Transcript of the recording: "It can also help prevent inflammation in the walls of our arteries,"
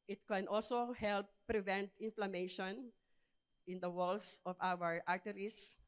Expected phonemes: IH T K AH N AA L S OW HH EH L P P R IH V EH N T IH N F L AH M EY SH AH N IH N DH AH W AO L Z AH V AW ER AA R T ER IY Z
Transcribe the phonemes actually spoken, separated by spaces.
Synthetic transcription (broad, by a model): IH T K AH N AA L S OW HH EH L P P R IH V EH N T IH N F L AH M EY SH AH N IH N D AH W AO L S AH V AW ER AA R T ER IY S